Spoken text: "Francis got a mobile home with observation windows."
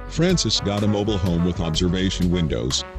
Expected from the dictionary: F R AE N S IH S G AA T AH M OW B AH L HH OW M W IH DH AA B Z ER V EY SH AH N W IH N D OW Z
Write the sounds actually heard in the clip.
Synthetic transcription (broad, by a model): F R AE N S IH S G AA T AH M OW B L HH OW M W IH DH AA B Z ER V EY SH AH N W IH N D OW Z